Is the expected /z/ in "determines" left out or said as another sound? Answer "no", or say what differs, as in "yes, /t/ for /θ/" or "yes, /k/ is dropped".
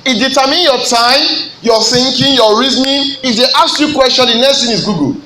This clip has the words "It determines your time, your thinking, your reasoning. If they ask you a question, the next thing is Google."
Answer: yes, /z/ is dropped